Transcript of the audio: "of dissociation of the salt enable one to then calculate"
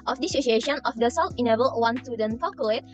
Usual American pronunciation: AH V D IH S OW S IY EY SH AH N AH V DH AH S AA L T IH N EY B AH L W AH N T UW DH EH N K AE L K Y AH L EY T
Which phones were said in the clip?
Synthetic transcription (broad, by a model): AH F D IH S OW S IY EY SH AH N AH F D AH S AA W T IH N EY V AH L W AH N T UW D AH N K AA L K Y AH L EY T